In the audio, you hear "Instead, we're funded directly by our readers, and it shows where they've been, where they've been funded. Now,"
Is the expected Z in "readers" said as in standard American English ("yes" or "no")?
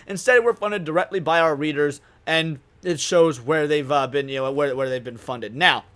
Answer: yes